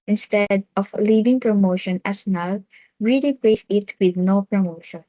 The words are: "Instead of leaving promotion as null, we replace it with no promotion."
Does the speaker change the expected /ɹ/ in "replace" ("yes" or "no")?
yes